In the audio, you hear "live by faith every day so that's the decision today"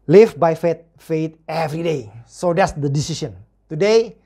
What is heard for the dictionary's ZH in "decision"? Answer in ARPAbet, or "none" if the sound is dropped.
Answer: S